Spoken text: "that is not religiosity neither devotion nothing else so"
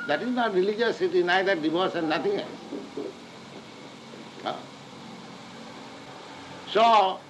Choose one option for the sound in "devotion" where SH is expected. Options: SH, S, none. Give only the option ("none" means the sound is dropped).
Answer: S